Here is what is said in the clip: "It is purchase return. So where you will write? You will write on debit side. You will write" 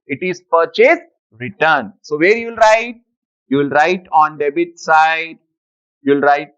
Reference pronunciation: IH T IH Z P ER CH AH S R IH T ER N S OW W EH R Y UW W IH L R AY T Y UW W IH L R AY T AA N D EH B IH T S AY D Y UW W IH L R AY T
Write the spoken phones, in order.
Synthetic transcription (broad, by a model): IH T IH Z P ER CH AH S R IH T ER N S OW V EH R Y UW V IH L R AY T Y UW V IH L R AY T AA N D EH B IH T S AY D Y UW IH L R AY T